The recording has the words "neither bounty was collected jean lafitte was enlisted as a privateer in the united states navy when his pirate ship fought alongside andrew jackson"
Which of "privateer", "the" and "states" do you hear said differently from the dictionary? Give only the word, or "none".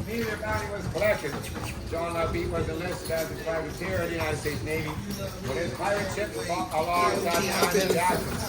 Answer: privateer